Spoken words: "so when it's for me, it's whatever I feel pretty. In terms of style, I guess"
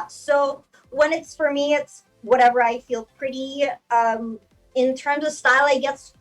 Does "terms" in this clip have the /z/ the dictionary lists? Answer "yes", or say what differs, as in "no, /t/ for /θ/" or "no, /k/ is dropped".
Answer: yes